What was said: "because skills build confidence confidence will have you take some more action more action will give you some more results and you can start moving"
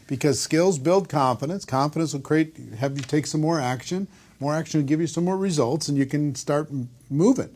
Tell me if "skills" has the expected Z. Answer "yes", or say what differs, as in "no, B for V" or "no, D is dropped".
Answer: yes